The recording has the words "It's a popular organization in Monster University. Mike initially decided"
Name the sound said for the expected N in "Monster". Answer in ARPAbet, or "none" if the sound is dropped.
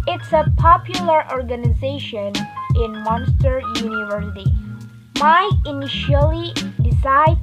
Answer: N